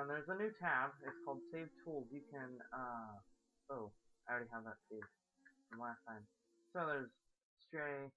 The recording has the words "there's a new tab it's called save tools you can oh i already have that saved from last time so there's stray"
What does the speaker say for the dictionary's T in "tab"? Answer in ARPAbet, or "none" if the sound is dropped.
T